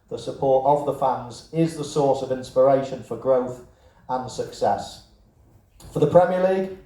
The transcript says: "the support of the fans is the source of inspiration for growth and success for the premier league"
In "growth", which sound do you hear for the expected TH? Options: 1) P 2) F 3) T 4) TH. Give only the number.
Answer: 4